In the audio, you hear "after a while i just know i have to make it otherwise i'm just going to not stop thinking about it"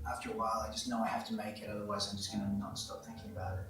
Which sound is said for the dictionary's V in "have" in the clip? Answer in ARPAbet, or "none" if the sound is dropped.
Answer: F